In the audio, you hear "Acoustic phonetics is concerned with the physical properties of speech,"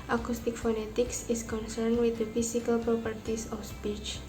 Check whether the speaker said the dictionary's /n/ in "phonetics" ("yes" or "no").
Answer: yes